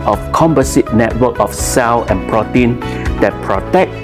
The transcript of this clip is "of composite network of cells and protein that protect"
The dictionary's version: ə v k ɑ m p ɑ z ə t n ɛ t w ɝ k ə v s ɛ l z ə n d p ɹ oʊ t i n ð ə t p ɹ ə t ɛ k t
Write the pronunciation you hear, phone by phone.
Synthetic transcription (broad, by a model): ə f k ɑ m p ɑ s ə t n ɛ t w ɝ k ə f s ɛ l ə n p ɹ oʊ t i n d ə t p ɹ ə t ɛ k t